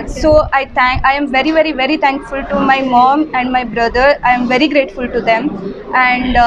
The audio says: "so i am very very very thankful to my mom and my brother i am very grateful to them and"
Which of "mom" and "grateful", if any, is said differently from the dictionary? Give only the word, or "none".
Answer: none